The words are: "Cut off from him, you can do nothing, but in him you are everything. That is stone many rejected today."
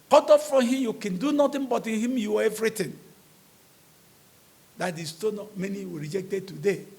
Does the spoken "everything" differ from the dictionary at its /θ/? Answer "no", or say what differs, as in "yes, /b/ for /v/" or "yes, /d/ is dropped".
yes, /t/ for /θ/